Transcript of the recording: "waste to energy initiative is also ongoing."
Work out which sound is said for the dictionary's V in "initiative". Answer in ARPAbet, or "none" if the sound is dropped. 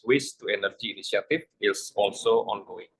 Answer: F